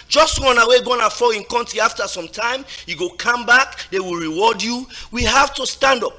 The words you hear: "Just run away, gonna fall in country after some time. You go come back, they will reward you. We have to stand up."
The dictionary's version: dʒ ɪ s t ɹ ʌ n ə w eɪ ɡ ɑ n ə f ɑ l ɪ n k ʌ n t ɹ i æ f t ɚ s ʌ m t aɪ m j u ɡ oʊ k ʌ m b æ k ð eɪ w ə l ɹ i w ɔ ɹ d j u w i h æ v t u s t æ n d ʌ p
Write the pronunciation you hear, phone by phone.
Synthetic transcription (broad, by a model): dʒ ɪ s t w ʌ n ə w eɪ ɡ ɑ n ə f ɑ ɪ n k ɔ n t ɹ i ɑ f t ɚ s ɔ m t aɪ m j u ɡ oʊ k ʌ m b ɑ k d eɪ w ə l ɹ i w ɔ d j u w i h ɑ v t u s t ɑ n d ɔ p